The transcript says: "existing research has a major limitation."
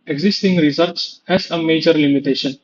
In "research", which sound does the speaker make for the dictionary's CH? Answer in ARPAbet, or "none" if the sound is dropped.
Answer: S